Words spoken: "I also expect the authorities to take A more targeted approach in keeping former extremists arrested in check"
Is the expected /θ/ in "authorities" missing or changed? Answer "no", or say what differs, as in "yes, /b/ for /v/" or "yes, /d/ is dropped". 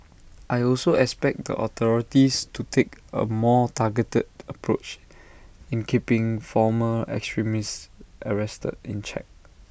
yes, /t/ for /θ/